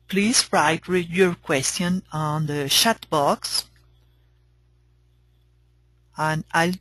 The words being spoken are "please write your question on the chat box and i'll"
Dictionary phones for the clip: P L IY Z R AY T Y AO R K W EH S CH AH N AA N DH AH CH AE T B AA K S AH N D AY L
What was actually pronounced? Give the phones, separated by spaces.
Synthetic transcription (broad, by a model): P L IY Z R AY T Y AO R K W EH S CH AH N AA N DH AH SH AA T B AA K S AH N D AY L